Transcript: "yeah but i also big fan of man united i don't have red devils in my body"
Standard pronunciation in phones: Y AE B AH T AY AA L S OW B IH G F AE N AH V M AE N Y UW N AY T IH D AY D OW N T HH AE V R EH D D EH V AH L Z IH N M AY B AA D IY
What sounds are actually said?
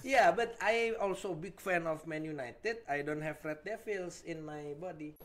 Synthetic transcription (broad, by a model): Y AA B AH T AY AA L S OW B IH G F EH N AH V M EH N Y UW N AY T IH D AY D OW N T HH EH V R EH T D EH F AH L S IH N M AY B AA D IY